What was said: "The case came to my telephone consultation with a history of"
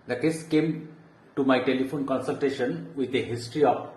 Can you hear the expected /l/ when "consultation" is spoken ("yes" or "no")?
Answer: yes